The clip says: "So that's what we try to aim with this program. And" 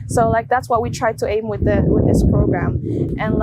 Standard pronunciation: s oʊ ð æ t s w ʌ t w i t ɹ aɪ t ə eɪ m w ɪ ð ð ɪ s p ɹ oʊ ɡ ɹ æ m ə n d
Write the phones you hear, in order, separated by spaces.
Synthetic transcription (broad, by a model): s oʊ ð æ t s w ʌ t w i t ɹ aɪ t ə eɪ m w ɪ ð ð ɪ s p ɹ oʊ ɡ ɹ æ m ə n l